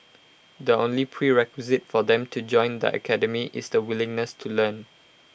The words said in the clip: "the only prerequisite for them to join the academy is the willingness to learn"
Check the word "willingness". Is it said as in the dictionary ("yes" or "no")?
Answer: yes